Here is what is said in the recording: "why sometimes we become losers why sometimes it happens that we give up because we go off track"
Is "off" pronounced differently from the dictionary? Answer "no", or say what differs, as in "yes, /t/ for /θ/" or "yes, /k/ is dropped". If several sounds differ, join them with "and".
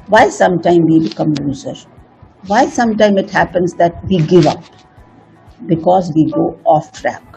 no